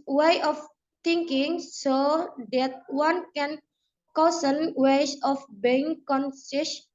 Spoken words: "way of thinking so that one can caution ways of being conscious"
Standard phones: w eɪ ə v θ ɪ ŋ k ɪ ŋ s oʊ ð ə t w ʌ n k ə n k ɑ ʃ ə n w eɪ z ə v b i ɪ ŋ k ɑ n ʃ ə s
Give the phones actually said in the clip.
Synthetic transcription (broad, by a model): w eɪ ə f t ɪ ŋ k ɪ ŋ s oʊ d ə t w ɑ n k ə n k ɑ s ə n w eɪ s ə f b i ɪ ŋ k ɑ n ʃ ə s